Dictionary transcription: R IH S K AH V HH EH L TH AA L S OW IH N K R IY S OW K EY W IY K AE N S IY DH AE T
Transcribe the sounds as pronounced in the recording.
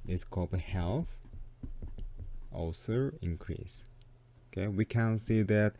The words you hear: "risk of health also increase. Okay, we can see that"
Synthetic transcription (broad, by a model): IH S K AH B HH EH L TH AA L S OW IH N K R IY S OW K EY W IY K AE N S IY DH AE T